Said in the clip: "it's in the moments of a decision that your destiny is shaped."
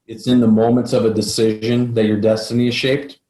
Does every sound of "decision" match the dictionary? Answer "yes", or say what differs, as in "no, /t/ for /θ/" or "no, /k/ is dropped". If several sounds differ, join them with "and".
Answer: yes